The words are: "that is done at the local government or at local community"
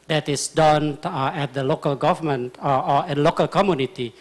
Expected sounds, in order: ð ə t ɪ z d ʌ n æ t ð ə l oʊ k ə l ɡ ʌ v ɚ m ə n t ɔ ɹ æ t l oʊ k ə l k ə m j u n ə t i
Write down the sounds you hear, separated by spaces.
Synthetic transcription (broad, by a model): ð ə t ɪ s d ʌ n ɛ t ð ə l oʊ k ə l ɡ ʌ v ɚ m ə n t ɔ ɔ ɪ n l oʊ k ə l k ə m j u n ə t i